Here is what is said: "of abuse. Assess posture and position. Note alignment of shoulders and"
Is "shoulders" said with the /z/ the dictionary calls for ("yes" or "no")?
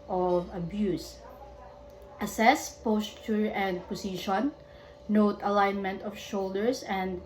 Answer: no